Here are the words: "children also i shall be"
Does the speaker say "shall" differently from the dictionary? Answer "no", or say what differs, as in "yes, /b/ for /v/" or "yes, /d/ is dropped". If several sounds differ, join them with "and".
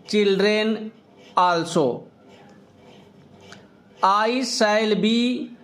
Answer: yes, /s/ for /ʃ/